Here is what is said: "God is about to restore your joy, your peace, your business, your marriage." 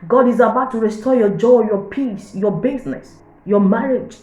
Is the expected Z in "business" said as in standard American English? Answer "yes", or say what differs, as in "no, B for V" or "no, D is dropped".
no, S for Z